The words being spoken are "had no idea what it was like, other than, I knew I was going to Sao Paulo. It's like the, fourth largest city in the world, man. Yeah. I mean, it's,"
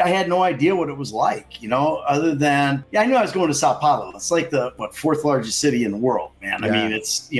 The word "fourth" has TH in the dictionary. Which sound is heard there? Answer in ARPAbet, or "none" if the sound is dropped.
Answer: TH